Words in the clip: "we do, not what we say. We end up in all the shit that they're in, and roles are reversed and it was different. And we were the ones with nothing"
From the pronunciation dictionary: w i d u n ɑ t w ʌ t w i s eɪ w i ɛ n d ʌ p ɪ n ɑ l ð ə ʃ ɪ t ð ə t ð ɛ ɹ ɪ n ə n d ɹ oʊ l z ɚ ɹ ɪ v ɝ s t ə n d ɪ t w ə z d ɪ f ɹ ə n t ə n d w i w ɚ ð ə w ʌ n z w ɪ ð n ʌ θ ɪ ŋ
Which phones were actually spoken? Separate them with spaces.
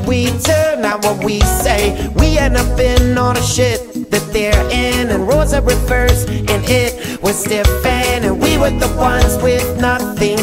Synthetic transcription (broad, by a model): w i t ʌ n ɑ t w ʌ t w i s eɪ w i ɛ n ʌ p ɪ n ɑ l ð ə ʃ ɪ t ð ə t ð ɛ ɹ ɪ n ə n ɹ oʊ z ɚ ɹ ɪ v ɝ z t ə n ɪ t w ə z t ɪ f ə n ə n w i w ɚ ð ə w ʌ n z w ɪ ð n ʌ θ ɪ ŋ